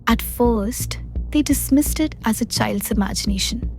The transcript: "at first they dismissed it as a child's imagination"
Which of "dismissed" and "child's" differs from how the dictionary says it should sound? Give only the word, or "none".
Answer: none